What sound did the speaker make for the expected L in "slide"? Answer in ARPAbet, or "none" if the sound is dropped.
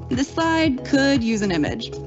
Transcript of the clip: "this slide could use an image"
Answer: none